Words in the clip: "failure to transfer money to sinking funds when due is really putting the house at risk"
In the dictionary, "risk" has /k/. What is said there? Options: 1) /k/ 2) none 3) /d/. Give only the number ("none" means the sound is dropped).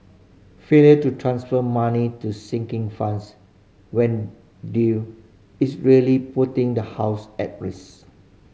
2